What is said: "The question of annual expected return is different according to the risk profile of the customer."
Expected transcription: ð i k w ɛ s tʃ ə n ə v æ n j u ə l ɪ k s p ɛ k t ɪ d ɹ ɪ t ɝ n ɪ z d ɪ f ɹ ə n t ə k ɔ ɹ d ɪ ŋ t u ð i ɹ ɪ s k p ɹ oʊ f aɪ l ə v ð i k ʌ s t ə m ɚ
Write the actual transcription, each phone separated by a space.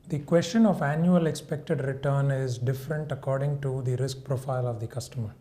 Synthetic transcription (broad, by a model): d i k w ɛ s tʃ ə n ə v æ n j u ə l ɪ k s p ɛ k t ɪ d ɹ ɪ t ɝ n ɪ z d ɪ f ɹ ə n t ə k ɔ ɹ d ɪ ŋ t u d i ɹ ɪ s k p ɹ oʊ f aɪ l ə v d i k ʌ s t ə m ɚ